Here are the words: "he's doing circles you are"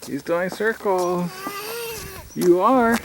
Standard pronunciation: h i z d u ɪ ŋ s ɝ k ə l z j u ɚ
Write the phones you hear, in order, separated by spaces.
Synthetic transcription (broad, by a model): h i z d u ɪ ŋ s ɝ k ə l j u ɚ